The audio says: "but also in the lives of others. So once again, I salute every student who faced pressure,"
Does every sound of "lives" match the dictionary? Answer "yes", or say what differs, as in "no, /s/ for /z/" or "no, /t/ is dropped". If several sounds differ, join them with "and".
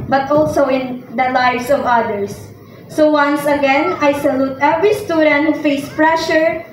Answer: no, /s/ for /z/